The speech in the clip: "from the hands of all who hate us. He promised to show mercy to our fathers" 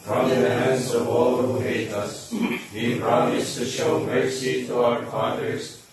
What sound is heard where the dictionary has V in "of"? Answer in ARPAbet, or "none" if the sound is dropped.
V